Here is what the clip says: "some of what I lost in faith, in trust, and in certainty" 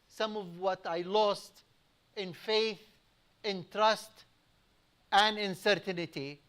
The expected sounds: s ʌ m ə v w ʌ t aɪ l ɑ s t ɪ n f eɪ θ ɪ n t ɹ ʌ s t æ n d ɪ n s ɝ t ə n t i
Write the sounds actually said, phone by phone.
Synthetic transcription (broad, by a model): s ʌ m ə v w ʌ t aɪ l ɑ s t ɪ n f eɪ θ ɪ n t ɹ ʌ s t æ n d ɪ n s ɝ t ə n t i